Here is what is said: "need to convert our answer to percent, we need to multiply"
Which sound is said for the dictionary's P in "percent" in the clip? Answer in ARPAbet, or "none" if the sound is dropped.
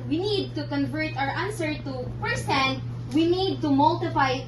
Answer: F